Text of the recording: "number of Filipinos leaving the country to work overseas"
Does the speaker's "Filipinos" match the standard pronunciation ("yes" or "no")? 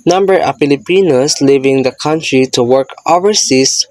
no